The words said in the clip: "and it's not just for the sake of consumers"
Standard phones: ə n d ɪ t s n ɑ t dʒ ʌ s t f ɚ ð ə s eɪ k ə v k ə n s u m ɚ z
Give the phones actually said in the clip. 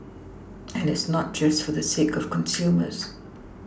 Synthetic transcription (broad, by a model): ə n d ɪ t s n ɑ t dʒ ʌ s t f ɚ ð ə s eɪ k ə v k ə n s u m ɚ z